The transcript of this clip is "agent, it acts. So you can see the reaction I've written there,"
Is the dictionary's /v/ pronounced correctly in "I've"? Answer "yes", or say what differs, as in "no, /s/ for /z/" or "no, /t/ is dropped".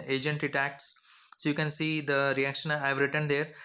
yes